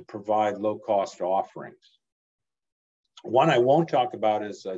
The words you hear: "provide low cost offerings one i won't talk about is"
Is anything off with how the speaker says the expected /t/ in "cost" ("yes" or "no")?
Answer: no